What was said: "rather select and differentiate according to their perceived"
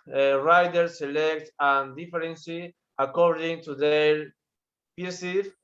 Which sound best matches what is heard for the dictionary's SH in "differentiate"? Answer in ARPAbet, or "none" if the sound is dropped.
S